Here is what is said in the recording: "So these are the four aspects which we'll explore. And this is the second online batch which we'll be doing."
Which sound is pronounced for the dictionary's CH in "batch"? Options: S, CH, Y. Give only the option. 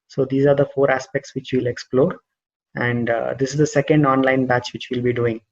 CH